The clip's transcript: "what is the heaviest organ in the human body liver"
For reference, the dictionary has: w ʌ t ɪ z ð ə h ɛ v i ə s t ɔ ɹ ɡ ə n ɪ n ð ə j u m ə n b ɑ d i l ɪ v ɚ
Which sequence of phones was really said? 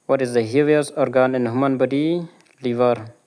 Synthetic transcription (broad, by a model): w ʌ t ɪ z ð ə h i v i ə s ɔ ɹ ɡ ə n ɪ n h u m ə n b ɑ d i l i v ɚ